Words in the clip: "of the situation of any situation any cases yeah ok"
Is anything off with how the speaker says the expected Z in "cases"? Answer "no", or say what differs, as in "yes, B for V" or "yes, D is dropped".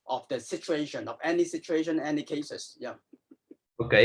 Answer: yes, S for Z